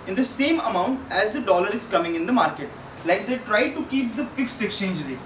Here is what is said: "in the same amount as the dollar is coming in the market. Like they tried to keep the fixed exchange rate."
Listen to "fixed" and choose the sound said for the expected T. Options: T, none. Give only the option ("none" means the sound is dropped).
T